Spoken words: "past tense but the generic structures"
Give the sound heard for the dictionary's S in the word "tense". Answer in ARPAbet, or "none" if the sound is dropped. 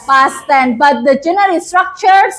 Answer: none